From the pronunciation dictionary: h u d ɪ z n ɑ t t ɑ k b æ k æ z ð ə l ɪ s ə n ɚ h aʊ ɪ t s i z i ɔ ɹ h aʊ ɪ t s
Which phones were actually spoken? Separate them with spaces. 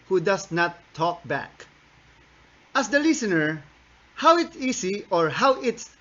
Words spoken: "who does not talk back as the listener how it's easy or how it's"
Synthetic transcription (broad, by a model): h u d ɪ s n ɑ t t ɑ k b æ k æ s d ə l ɪ s ə n ɚ h aʊ ɪ t s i s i ɔ ɹ h aʊ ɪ t s